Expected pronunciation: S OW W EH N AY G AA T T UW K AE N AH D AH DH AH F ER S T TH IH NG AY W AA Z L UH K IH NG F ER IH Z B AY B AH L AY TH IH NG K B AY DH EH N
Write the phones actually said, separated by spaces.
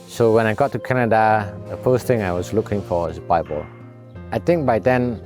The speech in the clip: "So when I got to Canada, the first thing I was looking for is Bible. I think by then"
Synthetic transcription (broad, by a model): S OW W EH N AY G AA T T UW K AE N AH D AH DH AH F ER S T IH NG AY W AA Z L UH K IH NG F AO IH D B AY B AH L AY T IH NG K B AY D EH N